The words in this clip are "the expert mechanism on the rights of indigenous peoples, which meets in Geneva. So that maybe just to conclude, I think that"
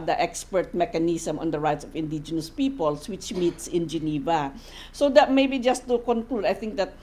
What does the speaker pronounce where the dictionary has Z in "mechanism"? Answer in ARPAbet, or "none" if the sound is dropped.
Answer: S